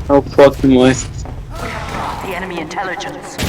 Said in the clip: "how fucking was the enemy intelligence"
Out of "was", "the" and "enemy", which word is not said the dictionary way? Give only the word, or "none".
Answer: was